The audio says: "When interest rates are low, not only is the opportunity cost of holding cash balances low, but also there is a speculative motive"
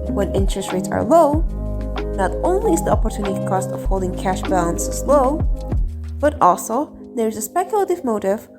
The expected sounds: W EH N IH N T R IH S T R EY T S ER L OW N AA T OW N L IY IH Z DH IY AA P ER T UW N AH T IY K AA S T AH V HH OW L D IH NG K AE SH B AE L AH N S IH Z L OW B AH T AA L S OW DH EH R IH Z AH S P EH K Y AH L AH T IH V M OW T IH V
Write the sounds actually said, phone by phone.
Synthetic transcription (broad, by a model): W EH N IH N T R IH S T R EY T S ER L OW N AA T OW N L IY IH Z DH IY AA P ER T UW N AH T IY K AA S T AH V HH OW L D IH NG K AE SH B AE L AH N S IH Z L OW B AH T AA L S OW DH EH R IH Z AH S P EH K Y AH L AH T IH V M OW T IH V